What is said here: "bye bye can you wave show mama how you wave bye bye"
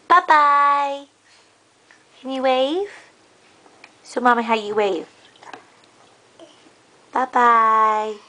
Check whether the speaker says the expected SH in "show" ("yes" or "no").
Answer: no